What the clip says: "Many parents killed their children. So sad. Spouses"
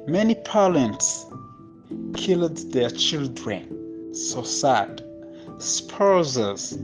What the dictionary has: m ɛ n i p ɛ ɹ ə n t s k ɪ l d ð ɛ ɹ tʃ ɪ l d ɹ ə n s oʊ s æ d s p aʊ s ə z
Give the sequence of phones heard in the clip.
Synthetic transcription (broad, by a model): m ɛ n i p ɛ l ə n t s k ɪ l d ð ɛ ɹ tʃ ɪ l d ɹ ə n s oʊ s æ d s p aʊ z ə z